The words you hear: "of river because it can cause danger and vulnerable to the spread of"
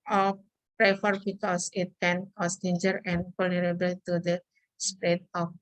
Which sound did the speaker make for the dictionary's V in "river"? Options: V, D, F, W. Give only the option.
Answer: F